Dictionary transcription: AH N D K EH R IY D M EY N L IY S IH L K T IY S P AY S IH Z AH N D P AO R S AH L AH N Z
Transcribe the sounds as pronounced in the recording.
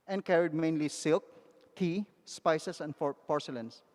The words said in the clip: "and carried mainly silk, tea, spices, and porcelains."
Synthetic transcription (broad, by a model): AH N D K EH R IY D M EY N L IY S IH L K T IY S P AY S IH S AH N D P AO R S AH L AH N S